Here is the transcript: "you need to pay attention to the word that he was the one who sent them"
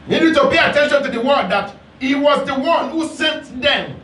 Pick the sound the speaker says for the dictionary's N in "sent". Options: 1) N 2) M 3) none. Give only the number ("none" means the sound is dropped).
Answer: 1